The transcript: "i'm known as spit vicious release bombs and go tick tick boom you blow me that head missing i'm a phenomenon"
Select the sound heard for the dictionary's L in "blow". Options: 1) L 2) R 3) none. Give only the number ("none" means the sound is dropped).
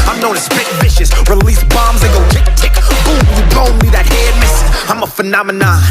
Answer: 3